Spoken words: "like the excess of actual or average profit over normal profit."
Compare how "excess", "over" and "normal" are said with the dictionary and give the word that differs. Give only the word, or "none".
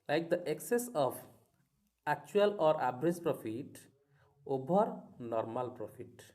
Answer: over